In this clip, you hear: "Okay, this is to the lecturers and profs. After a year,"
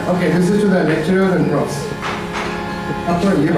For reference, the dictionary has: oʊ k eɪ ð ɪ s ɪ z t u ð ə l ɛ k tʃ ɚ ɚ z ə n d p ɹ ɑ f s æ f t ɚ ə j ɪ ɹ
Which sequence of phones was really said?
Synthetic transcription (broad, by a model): oʊ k eɪ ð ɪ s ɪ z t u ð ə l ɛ k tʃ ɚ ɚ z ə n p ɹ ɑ s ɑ t ə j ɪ